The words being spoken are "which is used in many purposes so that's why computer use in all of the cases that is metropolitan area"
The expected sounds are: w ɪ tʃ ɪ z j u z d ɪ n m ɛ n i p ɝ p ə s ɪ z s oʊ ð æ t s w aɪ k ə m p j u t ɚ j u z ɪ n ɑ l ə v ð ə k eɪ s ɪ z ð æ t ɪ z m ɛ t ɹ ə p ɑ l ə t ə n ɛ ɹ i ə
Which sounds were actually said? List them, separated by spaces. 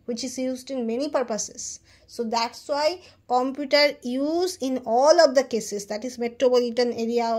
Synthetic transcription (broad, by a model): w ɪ tʃ ɪ z j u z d ɪ n m ɛ n i p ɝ p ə s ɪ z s oʊ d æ t s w aɪ k ə m p j u t ɚ j u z ɪ n ɑ l ə v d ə k eɪ s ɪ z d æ t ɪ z m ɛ t ɹ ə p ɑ l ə t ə n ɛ ɹ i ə